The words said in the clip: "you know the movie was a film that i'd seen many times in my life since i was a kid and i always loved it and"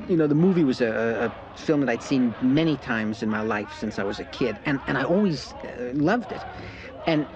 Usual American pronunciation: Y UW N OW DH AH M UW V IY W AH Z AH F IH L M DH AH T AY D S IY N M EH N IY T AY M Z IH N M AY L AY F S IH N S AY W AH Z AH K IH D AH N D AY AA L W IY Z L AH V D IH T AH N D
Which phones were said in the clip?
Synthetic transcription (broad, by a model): Y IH N OW DH AH M UW V IY W AH Z AH F IH L M DH AH T AY D S IY N M EH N IY T AY M Z IH N M AY L AY F S IH N S AY W AH Z AH K IH D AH N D AY AA L W IY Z L AH V D IH T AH N